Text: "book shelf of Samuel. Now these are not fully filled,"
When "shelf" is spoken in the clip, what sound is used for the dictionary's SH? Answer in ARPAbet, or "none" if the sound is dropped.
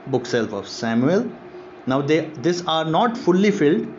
S